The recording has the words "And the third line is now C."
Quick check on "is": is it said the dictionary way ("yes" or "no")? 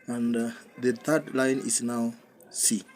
no